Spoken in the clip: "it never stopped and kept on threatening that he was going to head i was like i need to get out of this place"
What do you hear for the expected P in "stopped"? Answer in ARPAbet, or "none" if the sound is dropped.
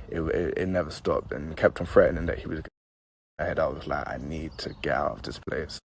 P